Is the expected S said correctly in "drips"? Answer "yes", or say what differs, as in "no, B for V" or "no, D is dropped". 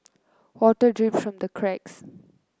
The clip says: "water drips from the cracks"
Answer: no, S is dropped